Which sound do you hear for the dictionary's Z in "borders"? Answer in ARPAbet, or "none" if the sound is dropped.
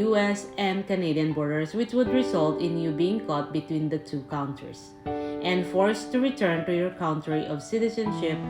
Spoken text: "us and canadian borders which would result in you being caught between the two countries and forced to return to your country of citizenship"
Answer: S